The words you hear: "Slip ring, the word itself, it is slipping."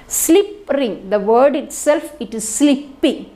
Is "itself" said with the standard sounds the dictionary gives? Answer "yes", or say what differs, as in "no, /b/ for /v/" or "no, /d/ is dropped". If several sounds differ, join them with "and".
yes